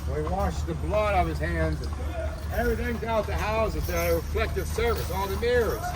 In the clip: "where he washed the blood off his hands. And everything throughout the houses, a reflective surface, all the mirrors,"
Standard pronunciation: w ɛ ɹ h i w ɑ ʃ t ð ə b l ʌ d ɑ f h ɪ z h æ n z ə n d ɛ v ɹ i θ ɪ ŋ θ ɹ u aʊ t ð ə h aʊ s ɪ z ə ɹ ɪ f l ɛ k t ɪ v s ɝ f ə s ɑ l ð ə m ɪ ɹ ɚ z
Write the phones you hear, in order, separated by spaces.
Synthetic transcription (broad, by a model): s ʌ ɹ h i w ɑ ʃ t ð ə b l ʌ d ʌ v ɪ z h æ n z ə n ɛ v ɹ i θ ɪ ŋ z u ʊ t ð ə h aʊ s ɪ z ə ɹ ɪ f l ɛ k t ɪ v s ɝ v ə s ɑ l ð ə m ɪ ɹ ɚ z